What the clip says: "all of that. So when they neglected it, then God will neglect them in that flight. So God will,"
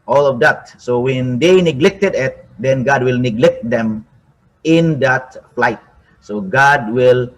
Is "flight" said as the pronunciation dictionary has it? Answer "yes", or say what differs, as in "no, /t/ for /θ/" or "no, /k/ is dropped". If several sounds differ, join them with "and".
yes